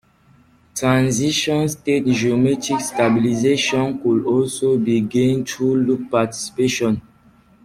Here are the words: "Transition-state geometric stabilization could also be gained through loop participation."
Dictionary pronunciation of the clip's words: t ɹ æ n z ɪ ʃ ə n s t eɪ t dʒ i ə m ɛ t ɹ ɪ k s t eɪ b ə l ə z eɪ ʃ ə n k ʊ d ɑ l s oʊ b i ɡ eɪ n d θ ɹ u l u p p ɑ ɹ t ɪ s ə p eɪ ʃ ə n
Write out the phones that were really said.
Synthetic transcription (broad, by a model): t ɹ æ n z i ʃ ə n s t eɪ t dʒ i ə m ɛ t ɪ k s t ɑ b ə l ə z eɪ ʃ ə n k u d ɑ l s oʊ b i ɡ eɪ n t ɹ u l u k p ɑ t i s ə p eɪ ʃ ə n